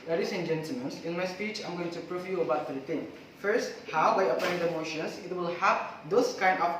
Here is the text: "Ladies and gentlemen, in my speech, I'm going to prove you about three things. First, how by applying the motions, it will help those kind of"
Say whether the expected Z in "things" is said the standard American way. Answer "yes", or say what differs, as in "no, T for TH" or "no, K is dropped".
no, Z is dropped